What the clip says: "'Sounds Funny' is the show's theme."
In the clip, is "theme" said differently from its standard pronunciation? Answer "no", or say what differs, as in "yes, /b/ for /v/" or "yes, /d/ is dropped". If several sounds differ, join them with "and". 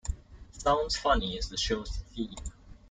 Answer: yes, /m/ is dropped